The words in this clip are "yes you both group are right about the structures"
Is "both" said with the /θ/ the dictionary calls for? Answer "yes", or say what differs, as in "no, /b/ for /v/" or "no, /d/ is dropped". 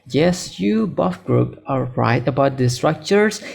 no, /f/ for /θ/